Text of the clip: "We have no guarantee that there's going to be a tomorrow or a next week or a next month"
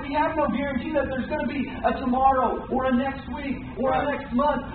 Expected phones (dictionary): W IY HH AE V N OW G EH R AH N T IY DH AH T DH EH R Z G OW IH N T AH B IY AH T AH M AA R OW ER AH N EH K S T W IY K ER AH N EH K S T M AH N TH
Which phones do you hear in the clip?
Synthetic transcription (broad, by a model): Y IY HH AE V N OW G EH R AH N T IY DH AH T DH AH R Z G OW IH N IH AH B IY AH T AH M AA R OW ER AH N EH K S T W IY K ER AH N EH K S T M AH N TH